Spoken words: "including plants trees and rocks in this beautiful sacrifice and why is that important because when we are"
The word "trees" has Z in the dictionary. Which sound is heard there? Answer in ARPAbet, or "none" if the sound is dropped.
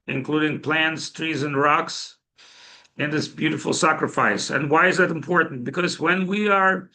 Z